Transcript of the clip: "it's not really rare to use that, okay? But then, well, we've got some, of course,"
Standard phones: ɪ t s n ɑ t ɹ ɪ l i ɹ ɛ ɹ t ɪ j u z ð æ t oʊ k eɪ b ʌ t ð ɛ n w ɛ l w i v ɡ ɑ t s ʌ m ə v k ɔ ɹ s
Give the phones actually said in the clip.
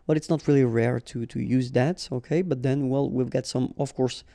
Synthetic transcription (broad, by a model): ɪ t s n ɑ t ɹ ɪ l i ɹ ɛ ɹ t ɪ j u z ð æ t oʊ k eɪ b ʌ t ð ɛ n w ɛ l w i v ɡ ɑ t s ʌ m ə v k ɔ ɹ s